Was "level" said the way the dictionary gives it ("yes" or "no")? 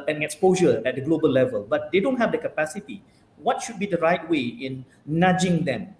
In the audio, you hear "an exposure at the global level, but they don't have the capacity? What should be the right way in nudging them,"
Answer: yes